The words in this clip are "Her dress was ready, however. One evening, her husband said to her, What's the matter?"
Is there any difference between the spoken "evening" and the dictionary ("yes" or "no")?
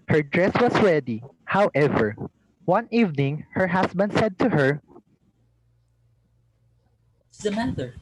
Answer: no